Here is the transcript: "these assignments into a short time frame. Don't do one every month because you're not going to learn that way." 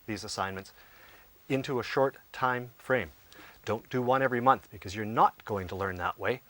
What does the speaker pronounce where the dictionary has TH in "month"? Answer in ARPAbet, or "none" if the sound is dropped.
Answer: TH